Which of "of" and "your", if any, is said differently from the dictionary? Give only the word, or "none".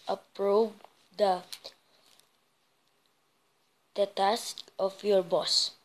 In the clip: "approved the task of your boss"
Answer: of